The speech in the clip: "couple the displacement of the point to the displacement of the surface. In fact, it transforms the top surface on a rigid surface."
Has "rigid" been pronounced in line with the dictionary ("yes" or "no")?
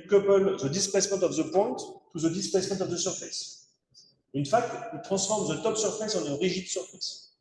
no